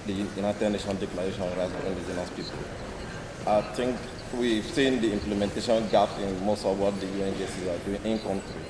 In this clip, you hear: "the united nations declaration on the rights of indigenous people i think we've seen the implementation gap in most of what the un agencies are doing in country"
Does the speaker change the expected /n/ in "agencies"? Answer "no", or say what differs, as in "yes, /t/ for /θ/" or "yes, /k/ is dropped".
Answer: yes, /n/ is dropped